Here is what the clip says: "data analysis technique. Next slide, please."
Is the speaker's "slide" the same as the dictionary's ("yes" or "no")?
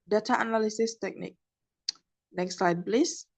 yes